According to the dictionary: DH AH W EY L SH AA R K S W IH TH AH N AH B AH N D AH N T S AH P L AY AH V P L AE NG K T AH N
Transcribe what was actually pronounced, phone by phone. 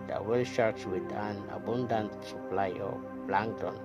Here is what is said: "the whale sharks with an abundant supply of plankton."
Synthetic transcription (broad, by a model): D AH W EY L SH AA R S W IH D AH N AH B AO N D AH N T S AH P L AY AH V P L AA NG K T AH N